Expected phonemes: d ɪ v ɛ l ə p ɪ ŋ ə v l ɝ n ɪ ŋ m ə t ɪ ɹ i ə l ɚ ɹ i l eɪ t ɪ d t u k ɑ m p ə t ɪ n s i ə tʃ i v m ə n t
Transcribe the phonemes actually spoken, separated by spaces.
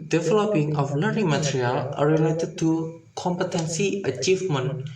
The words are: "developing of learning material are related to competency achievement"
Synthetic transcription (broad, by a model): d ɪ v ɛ l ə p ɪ ŋ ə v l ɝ ɪ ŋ m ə t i ɹ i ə l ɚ ɹ i l eɪ t ɪ d t u k ɑ m p ə t ɪ n s i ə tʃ i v m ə n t